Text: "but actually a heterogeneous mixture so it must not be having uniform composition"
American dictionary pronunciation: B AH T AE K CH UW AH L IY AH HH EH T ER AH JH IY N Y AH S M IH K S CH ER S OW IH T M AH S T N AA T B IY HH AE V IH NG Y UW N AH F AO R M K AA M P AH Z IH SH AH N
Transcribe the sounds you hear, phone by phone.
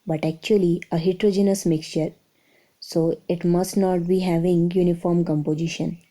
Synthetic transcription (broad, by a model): B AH T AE K CH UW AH L IY AH HH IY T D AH JH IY N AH S M IH K S CH ER S OW IH T M AH S T N AA T B IY HH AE V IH NG Y UW N AH F AO R M K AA M P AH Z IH SH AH N